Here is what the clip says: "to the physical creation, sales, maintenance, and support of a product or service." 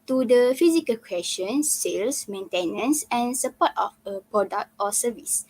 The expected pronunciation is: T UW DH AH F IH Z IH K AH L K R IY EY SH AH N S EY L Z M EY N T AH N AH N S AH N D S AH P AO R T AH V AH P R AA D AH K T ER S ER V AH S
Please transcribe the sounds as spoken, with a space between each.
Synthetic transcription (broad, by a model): T UW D AH F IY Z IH K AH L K W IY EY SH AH N S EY L S M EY N T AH N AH N S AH N S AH P AO T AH F AH P R AA D AH K T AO S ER V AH S